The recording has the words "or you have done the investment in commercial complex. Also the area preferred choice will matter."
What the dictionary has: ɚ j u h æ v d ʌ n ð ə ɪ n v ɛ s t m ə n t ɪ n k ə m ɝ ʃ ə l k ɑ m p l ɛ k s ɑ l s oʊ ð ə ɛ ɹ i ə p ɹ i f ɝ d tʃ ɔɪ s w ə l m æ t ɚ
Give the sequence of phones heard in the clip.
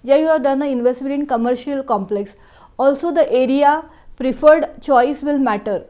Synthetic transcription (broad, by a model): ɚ j u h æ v d ʌ n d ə ɪ n v ɛ s t m ə n t ɪ n k ə m ɝ ʃ ə l k ɑ m p l ɛ k s ɑ l s oʊ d ə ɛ ɹ i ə p ɹ i f ɝ d tʃ ɔɪ s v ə l m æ t ɚ